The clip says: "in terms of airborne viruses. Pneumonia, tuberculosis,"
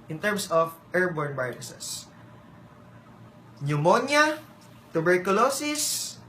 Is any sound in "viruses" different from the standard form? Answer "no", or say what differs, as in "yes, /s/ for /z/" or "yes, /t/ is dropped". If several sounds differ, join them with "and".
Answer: yes, /b/ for /v/ and /s/ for /z/